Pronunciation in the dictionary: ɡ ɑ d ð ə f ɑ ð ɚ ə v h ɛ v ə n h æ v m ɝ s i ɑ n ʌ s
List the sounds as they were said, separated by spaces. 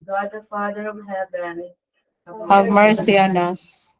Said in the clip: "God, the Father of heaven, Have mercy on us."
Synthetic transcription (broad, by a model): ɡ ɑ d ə f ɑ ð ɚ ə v h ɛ b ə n h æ v m ɝ s i ɑ n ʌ s